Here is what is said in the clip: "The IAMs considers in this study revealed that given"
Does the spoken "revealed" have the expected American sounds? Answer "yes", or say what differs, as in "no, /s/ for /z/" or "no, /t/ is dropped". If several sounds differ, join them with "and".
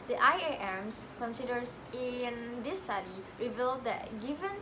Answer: yes